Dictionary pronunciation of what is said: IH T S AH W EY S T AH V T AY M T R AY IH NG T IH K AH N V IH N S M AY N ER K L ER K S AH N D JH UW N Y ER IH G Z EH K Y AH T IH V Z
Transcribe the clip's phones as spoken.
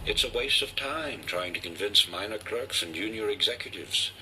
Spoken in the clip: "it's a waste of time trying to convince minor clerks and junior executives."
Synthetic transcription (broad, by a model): IH T S AH W EY S T AH V T AY M T R AY IH NG T IH K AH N V IH N S M AY N ER K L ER K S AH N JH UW N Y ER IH G Z EH K Y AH T IH V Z